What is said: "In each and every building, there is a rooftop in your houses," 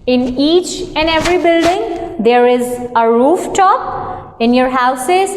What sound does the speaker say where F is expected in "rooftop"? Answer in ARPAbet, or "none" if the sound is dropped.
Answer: F